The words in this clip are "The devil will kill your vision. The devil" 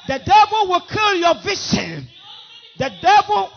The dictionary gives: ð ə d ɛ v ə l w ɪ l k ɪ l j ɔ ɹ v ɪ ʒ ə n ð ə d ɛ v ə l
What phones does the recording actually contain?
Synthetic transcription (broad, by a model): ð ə d ɛ v ə l w ɪ l k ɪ l j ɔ v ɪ ʃ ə n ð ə d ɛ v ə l